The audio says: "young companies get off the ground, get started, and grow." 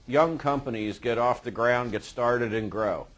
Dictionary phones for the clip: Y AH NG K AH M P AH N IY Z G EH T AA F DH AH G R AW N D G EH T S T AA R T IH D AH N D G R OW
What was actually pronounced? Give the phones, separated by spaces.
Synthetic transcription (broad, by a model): Y AH NG K AH M P AH N IY Z G EH T AA F DH AH G R AW N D G EH T S T AA R T IH D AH N G R OW